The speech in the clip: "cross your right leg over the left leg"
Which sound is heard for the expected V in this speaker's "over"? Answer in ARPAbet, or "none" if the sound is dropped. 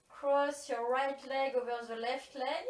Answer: V